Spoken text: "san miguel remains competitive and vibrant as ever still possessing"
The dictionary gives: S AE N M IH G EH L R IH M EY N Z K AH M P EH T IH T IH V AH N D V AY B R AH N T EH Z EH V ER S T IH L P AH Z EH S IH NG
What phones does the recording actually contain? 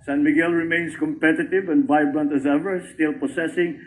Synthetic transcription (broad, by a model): S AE N M IH G EH L R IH M EY N S K AH M P EH T IH T IH V AH N D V AY B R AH N T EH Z EH V ER S T IH L P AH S EH S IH NG